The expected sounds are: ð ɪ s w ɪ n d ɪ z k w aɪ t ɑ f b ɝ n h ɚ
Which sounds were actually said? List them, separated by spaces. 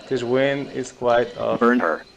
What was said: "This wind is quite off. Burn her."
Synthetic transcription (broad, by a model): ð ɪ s w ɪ n ɪ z k w aɪ t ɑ b ɝ n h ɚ